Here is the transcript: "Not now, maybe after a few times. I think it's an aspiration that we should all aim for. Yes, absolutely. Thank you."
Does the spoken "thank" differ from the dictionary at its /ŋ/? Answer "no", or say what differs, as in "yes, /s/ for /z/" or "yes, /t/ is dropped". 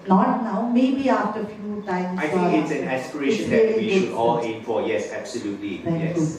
yes, /ŋ/ is dropped